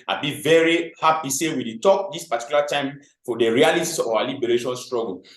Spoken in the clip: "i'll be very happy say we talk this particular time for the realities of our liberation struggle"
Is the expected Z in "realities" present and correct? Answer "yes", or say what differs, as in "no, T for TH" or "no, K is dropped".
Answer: no, Z is dropped